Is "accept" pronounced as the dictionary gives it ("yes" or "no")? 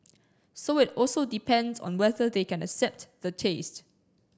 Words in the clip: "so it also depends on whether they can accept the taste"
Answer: yes